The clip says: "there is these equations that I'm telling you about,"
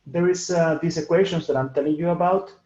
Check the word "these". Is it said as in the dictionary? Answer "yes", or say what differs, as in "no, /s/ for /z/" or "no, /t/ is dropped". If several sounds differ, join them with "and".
no, /s/ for /z/